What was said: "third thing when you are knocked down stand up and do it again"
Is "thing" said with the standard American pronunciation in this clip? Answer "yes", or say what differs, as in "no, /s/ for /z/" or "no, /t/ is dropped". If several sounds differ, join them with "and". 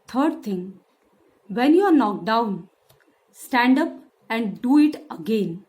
no, /t/ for /θ/